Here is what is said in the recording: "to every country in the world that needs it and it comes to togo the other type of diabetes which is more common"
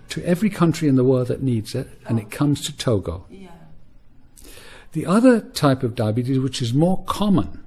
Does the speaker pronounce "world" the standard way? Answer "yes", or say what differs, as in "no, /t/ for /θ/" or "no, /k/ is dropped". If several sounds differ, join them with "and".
yes